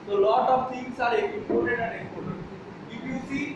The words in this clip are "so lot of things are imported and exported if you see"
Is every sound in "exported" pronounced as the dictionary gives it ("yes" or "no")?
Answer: no